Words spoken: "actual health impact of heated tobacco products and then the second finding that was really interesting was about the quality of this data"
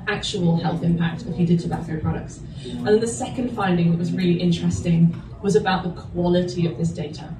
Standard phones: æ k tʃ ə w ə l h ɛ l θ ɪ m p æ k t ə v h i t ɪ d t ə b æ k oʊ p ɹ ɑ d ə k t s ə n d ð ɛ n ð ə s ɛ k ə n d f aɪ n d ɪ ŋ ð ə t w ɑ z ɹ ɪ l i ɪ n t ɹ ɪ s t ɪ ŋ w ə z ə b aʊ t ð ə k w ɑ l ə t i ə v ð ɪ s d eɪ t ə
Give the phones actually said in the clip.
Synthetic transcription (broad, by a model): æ k tʃ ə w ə l h ɛ l θ ɪ m p æ k t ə f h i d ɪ d t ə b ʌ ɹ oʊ p ɹ ɑ d ə k t s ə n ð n ð ə s ɛ k ə n d f aɪ n d ɪ ŋ ð ə t w ɑ z ɹ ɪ l i ɪ n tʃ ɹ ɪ s t ɪ ŋ w ə z ə b aʊ t ð ə k w ɑ l ə t i ə v ð ɪ s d eɪ t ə